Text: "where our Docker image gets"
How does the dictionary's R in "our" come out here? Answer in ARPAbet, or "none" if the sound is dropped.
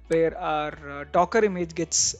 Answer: R